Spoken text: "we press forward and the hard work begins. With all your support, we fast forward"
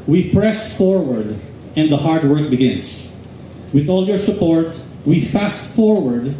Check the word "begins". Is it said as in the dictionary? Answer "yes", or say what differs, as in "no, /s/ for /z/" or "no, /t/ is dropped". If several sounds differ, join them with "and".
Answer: no, /s/ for /z/